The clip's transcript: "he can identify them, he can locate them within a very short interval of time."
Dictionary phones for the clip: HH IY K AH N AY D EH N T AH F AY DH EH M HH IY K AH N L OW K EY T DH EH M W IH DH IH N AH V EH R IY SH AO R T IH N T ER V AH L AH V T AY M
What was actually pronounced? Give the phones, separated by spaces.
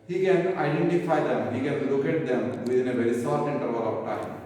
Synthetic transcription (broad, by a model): HH IY K AH N AY D EH N T AH F AY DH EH M HH IY K AH N L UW K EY T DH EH M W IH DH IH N AH V EH R IY S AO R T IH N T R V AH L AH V T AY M